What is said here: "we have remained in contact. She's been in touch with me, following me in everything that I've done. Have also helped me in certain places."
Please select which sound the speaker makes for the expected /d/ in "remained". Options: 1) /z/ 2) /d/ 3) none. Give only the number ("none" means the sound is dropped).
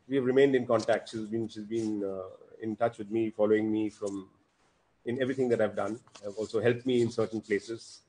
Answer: 2